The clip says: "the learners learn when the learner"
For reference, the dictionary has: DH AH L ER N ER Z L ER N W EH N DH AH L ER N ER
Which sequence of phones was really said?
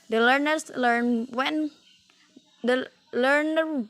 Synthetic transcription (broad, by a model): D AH L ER N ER S L ER N W EH N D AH L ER N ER